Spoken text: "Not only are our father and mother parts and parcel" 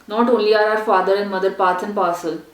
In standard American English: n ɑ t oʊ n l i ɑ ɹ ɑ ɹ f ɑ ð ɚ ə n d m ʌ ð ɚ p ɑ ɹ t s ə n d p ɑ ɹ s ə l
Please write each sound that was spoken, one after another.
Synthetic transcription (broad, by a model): n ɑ t oʊ n l i ɑ ɹ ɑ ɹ f ɑ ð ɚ ə n d m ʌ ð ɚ p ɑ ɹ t ə n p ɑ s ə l